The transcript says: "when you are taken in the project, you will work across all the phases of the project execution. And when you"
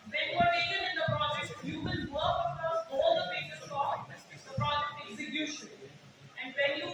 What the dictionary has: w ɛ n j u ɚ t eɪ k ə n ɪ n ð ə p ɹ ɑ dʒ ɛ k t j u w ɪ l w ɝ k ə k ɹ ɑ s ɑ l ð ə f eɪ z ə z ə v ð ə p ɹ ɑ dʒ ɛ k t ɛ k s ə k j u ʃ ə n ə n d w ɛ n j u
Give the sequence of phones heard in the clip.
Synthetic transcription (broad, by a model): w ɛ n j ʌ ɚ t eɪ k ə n ɪ n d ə p ɹ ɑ dʒ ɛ k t j u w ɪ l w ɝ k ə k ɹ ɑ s ɑ l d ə p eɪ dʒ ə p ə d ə p ɹ ɑ dʒ ɛ k t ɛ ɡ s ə j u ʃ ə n ə n d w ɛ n j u